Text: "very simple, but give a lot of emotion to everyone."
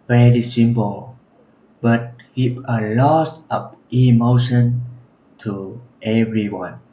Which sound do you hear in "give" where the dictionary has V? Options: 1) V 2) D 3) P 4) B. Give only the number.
3